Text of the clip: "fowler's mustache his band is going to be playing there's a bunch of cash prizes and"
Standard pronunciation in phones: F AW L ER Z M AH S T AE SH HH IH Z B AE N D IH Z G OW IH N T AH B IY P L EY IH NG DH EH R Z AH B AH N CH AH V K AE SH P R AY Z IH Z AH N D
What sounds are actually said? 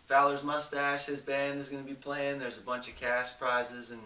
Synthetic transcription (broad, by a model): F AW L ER Z M AH S T AE SH HH IH Z B AE N D IH Z G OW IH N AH B IY P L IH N DH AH R Z AH B AH N CH AH V K AE S P R AY Z IH Z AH N